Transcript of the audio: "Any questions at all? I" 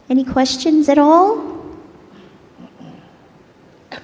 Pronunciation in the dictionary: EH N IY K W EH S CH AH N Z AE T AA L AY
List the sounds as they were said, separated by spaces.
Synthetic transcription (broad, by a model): EH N IY K W EH S CH AH N Z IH T AA L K